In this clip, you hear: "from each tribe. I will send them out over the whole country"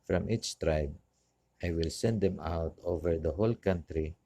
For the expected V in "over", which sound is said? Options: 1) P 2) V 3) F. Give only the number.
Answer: 2